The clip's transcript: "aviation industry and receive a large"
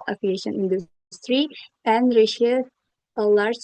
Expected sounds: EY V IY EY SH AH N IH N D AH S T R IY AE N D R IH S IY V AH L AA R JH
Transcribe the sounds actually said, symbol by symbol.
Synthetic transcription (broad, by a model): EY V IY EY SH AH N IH N D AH S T R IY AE N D R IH SH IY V AH L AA R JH